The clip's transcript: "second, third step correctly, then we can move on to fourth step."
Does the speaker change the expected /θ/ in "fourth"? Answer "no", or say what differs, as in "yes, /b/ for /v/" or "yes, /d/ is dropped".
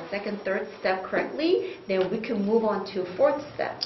no